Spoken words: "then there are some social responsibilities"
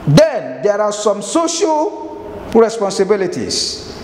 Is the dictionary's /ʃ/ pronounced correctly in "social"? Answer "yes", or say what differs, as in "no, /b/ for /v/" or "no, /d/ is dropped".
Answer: yes